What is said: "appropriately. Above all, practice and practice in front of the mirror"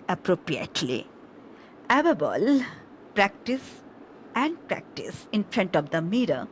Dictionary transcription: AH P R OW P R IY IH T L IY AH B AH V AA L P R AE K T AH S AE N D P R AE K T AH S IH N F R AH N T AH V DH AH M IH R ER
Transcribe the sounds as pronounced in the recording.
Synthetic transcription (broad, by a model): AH P R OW P R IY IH T L IY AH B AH B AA L P R AE K T AH S AE N D P R AE K T AH S IH N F R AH N T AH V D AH M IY R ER